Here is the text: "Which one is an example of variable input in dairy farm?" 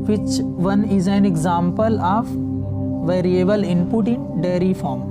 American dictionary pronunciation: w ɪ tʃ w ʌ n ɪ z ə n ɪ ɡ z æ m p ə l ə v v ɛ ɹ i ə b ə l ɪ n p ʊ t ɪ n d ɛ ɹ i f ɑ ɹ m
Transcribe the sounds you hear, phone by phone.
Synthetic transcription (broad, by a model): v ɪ tʃ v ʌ n ɪ z ə n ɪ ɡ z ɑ m p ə l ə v v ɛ ɹ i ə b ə l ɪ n p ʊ t ɪ n d ɛ ɹ i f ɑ ɹ m